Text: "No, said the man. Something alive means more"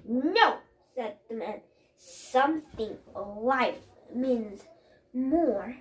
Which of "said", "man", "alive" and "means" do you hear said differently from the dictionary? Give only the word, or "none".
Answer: alive